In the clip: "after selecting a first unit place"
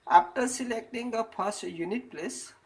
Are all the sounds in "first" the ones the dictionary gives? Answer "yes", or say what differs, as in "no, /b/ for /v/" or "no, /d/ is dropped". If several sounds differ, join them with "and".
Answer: no, /p/ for /f/